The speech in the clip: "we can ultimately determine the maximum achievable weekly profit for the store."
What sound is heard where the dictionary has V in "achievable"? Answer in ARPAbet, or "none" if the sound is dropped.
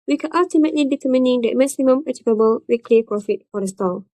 P